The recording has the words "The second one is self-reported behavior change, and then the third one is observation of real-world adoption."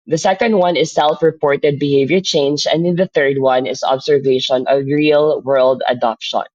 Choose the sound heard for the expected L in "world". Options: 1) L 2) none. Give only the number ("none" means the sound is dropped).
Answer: 1